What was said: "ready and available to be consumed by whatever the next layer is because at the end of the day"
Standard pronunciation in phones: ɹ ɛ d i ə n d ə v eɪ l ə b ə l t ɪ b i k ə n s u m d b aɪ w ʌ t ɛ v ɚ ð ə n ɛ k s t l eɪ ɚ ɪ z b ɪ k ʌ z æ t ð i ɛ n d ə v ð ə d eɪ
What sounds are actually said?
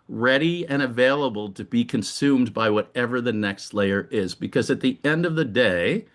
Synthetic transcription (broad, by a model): ɹ ɛ d i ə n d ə v eɪ l ə b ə l t ɪ b i k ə n s u m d b aɪ w ʌ t ɛ v ɚ ð ə n ɛ k s t l eɪ ɚ ɪ z b ɪ k ʌ z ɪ t ð i ɛ n d ə v ð ə d eɪ